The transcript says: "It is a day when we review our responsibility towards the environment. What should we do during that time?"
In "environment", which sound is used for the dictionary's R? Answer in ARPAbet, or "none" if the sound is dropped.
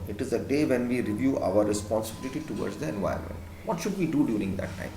none